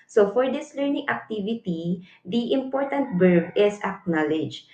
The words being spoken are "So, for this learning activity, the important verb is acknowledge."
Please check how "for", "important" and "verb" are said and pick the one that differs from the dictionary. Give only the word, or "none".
verb